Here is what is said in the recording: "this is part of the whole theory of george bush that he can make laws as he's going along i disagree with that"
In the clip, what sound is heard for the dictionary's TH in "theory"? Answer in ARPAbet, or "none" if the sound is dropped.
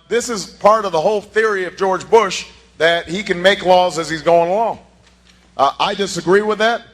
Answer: TH